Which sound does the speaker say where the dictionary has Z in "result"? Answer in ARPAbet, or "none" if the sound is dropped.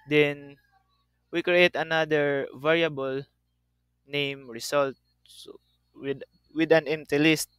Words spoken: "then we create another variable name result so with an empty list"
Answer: S